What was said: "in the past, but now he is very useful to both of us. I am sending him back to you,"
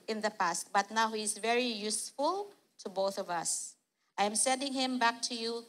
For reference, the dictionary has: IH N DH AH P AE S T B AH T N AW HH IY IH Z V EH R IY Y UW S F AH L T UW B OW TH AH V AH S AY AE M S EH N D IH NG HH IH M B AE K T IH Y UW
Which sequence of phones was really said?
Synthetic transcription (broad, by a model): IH N DH AH P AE S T B AH T N AW HH IY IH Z V EH R IY Y UW S F AH L T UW B OW TH AH V AH S AY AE M S EH N D IH NG HH IH M B AE K T IH Y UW